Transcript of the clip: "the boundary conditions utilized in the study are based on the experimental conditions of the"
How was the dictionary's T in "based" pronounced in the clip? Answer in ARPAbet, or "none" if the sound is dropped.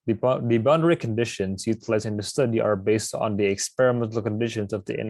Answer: T